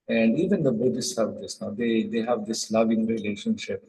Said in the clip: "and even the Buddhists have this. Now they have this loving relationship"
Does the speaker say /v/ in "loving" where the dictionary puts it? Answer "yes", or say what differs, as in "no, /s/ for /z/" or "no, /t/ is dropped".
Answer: yes